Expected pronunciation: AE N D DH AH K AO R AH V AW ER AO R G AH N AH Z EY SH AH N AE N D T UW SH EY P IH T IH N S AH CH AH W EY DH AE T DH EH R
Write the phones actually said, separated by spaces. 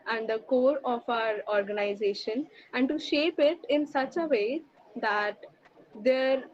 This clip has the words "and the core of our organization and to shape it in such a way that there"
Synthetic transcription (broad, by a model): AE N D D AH K AO R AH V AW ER AO R G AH N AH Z EY SH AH N AE N D T UW SH EY P IH T IH N S AH CH AH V EY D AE T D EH R